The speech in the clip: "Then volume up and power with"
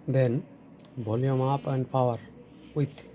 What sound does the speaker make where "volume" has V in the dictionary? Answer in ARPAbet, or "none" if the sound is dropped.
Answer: B